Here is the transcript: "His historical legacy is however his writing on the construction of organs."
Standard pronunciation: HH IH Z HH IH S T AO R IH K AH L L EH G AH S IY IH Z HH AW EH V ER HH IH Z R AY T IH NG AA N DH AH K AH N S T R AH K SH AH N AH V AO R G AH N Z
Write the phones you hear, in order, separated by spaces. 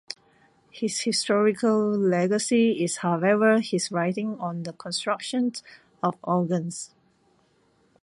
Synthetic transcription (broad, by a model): HH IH S HH IH S T AO R IH K AH L L EH G AH S IY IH S HH AW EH V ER HH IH S R AY T IH NG AA N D AH K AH N S T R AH K SH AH N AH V AO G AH N S